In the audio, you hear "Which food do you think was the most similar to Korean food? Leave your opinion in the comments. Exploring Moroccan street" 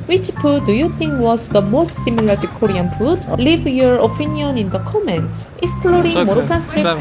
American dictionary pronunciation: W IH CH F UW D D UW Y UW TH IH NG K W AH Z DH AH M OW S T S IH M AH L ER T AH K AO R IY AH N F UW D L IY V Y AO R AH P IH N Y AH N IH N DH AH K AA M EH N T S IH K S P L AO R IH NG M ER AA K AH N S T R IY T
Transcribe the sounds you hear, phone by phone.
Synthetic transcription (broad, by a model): W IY CH P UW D D UW Y UW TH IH NG K W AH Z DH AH M OW S T S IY M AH L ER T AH K AO R IY AH N P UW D L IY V Y AO R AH P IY N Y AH N IH N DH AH K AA M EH N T IH K S P L AO R IH NG M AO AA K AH N S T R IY